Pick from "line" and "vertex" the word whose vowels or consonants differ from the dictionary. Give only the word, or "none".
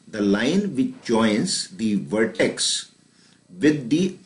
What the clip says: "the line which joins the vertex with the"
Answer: none